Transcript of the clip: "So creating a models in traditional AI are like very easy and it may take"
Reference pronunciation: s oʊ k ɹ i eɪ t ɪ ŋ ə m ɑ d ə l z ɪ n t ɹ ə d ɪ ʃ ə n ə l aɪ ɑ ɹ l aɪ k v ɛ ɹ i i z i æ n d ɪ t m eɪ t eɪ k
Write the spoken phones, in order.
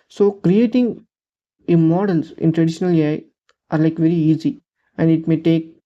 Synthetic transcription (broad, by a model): s oʊ k ɹ i eɪ t ɪ ŋ ə m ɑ d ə l s ɪ n t ɹ ə d ɪ ʃ ə n ə l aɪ ɑ ɹ l aɪ k v ɛ ɹ i i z i æ n d ɪ t m eɪ t eɪ k